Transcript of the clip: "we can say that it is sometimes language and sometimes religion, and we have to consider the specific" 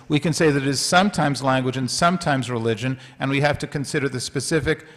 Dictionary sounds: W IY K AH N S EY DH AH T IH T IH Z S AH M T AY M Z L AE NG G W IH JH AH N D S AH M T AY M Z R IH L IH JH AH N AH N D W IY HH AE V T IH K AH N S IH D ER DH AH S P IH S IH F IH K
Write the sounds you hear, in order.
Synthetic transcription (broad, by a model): W IY K AH N S EY DH AH T IH T IH Z S AH M T AY M Z L AE NG G W IH JH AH N S AH M T AY M Z R IH L IH JH AH N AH N W IY HH AE F T IH K AH N S IH D ER DH AH S P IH S IH F IH K